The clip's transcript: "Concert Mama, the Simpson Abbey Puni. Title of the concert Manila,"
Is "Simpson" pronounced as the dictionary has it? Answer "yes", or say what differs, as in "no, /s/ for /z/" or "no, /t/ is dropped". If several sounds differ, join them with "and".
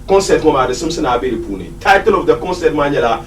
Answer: no, /p/ is dropped